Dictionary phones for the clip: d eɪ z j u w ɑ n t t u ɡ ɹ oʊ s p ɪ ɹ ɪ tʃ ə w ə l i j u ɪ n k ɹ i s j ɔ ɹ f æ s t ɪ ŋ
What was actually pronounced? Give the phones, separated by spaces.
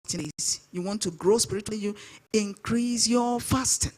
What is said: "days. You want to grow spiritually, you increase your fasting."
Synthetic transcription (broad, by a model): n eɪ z j u w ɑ n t t u ɡ ɹ oʊ s p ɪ ɹ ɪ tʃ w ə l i j u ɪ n k ɹ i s j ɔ f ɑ s t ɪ